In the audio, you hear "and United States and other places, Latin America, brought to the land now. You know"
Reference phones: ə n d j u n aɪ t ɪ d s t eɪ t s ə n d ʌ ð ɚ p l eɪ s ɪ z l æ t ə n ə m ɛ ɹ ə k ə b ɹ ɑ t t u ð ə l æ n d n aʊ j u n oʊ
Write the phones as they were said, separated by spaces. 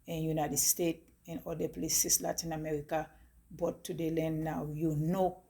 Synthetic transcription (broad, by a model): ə n j u n aɪ t ɪ d s t eɪ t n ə l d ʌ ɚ p l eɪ s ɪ s l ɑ t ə n ə m ɛ ɹ ə k ə b ɑ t t u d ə l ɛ n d n aʊ j u n oʊ